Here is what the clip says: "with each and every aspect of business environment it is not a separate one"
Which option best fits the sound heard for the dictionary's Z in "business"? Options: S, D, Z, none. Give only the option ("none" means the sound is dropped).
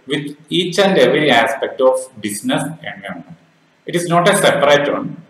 S